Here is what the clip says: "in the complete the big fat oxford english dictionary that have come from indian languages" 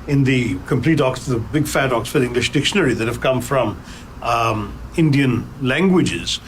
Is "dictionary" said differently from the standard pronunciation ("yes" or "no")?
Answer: no